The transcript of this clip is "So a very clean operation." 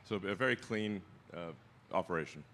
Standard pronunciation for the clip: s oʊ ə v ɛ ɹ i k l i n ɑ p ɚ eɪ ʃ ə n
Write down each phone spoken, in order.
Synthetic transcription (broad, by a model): s oʊ ə v ɛ ɹ i k l i n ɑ p ɚ eɪ ʃ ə n